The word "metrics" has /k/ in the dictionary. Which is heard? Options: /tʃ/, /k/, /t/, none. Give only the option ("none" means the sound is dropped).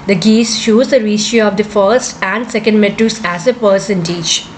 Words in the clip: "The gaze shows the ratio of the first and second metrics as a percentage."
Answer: none